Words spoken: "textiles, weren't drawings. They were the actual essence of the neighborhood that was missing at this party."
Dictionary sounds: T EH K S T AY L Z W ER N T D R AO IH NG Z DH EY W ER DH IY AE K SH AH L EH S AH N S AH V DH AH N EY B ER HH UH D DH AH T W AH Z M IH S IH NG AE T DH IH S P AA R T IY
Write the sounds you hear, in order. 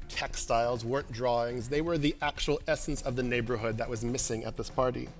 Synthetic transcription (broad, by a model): T EH K S T AY L Z W ER N D R AO IH NG Z DH EY W ER DH IY AE K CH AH L EH S N S AH V DH AH N EY B ER HH UH D DH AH T W AH Z M IH S IH NG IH T DH IH S P AA R T IY